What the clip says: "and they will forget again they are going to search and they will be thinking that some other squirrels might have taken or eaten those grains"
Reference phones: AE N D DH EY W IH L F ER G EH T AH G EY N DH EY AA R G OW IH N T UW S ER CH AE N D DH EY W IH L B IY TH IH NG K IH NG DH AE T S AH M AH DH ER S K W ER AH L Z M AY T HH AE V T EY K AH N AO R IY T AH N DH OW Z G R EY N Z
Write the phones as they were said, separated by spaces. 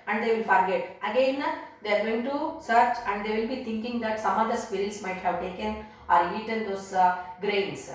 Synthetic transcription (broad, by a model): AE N D EY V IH L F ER G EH T AH G EY N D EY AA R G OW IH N T UW S ER CH AE N D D EY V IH L B IY T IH NG K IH NG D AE T S AH M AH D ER S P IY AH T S M AY T HH AE V T EY K AH N AO R IY T AH N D OW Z G R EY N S